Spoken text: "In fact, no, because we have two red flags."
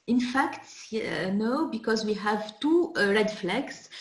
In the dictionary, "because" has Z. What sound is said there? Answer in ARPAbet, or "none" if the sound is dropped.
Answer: Z